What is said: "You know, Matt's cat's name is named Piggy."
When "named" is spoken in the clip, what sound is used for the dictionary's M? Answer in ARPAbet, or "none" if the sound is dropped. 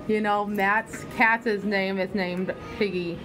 M